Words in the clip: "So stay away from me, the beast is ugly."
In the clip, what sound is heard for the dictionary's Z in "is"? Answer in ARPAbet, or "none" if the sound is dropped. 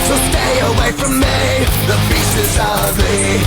Z